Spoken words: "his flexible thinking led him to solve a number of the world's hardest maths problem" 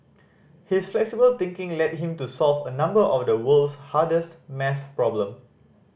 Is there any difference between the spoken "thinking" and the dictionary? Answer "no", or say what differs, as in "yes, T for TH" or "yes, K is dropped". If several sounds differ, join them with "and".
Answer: yes, T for TH